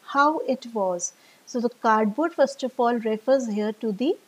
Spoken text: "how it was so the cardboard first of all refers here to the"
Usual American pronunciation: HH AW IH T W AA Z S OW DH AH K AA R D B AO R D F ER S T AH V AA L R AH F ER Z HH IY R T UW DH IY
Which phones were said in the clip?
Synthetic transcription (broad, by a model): HH AW IH T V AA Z S OW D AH K AA R D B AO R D F ER S T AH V AA L R AH F ER Z HH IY R T UW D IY